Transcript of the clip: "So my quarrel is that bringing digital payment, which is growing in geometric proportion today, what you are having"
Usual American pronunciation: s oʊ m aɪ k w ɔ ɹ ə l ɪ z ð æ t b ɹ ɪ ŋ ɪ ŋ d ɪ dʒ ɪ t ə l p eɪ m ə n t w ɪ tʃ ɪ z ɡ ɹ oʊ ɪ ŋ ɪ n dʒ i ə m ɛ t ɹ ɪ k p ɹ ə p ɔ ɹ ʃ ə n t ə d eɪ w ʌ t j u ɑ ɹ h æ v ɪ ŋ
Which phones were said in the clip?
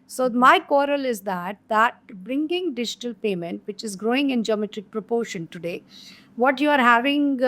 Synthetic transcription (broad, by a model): s oʊ m aɪ k w ɔ ɹ ə l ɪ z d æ t b ɹ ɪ ŋ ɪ ŋ d ɪ dʒ ɪ t ə l p eɪ m ə n t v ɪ tʃ ɪ z ɡ ɹ oʊ ɪ ŋ ɪ n dʒ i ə m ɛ t ɹ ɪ k p ɹ ə p ɔ ɹ ʃ ə n t ə d eɪ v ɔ t j u ɑ ɹ h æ v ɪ ŋ